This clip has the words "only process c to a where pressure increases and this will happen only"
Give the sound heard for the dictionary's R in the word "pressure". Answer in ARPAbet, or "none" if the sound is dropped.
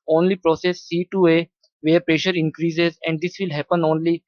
R